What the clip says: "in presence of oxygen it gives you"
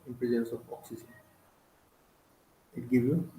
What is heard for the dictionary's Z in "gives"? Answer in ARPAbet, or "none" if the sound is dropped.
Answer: none